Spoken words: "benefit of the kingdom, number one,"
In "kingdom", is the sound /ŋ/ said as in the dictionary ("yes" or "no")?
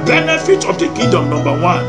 no